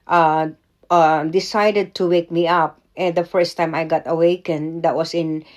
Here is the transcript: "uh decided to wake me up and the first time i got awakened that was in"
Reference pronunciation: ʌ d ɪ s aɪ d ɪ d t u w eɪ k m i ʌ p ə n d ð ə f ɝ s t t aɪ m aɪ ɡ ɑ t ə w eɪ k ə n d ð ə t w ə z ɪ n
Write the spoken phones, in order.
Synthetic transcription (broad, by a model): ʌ d ɪ s aɪ d ɪ d t u w eɪ k m i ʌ p ə n d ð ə f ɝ s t t aɪ m aɪ ɡ ɑ t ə w eɪ k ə n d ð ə t w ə s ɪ n